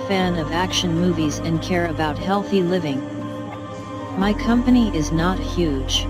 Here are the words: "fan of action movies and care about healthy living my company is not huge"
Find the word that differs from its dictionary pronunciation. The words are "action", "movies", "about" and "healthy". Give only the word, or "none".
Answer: none